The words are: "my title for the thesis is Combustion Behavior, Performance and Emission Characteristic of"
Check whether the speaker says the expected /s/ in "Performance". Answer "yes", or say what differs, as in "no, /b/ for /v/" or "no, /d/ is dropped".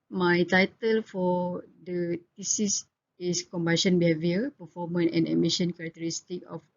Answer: no, /s/ is dropped